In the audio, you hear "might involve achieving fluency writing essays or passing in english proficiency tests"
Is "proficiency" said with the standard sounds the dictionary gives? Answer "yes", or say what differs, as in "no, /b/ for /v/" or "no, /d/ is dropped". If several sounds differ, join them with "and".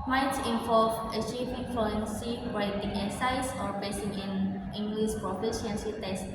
no, /s/ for /ʃ/